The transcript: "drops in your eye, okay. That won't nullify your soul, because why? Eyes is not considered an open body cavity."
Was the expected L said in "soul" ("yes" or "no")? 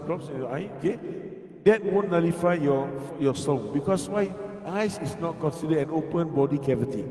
no